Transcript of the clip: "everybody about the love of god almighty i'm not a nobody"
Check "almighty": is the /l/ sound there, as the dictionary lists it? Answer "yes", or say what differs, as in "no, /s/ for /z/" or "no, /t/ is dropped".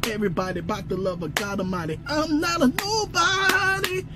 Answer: no, /l/ is dropped